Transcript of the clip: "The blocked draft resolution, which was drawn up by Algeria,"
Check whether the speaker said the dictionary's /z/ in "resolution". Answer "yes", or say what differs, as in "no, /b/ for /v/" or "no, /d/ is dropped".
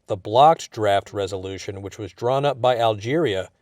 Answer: yes